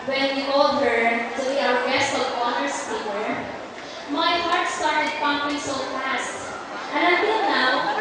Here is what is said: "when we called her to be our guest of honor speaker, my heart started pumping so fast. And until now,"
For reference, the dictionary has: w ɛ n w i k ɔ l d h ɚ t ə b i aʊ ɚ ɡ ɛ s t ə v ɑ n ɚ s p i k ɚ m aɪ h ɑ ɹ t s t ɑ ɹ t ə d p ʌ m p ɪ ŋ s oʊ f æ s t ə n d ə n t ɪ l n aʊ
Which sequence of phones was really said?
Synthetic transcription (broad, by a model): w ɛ n w i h ɔ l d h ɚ t ə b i aʊ ɚ ɡ ɛ s t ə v ɑ n ɚ s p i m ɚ m aɪ h ɑ ɹ t s t ɑ ɹ t ə d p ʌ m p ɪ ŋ s oʊ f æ s t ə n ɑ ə t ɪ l n aʊ